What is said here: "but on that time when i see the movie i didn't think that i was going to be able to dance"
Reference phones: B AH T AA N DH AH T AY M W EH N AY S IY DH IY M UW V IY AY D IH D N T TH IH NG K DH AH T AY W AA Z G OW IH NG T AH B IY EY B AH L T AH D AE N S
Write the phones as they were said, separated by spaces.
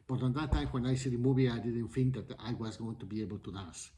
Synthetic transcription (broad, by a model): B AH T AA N DH AH T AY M W EH N AY S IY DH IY M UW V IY AY D IH D N T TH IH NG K DH AH T AY W AA Z G OW IH NG T AH B IY EY B AH L T AH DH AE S